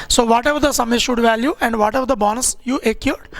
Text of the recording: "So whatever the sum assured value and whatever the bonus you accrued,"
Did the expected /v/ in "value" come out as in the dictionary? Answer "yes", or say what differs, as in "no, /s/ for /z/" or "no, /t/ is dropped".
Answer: yes